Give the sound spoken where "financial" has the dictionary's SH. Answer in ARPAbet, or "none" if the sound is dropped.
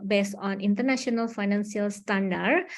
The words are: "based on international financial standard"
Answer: S